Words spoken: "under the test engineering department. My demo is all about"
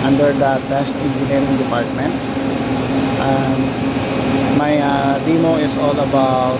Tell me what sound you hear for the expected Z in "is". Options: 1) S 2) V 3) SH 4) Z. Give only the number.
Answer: 1